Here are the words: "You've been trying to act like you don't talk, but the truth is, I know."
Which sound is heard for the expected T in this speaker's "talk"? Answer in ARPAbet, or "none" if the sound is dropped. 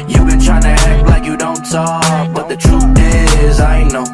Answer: S